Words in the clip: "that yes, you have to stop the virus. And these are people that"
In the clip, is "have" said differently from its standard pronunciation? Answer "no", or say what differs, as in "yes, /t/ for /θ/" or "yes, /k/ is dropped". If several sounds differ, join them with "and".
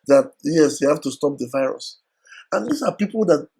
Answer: yes, /f/ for /v/